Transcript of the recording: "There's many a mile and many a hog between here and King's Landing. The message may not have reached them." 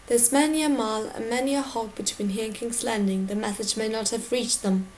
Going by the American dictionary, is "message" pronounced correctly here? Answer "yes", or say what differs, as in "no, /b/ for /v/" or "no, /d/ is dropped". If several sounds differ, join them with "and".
no, /θ/ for /s/ and /z/ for /dʒ/